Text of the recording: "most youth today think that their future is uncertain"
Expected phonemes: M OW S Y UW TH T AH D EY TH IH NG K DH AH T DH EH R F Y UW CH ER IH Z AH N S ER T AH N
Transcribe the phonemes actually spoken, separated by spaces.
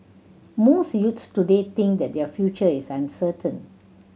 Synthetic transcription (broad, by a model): M OW S Y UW S T AH D EY T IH NG K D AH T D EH F Y UW CH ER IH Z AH N S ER T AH N